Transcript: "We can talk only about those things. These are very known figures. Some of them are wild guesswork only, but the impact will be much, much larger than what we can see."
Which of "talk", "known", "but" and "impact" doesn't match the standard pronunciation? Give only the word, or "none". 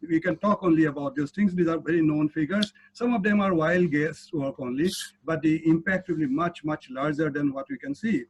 none